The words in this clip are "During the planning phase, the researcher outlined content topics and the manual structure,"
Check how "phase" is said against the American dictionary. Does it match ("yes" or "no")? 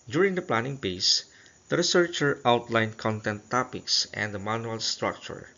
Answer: no